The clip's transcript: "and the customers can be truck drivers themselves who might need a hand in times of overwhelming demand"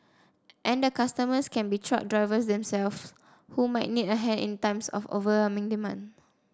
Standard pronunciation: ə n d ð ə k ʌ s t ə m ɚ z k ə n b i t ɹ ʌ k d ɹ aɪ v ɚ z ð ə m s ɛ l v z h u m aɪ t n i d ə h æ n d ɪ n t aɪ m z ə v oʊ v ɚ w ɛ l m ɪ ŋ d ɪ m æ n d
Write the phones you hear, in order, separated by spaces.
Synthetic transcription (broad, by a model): ə n d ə k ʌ s t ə m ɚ s k ə n b i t ɹ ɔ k d ɹ aɪ v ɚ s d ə m s ɛ l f h u m aɪ t n i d ə h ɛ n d ɪ n t aɪ m s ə f oʊ v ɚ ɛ m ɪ ŋ d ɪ m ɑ n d